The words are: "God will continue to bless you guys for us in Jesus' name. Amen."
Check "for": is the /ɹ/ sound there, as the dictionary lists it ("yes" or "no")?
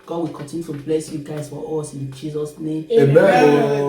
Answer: no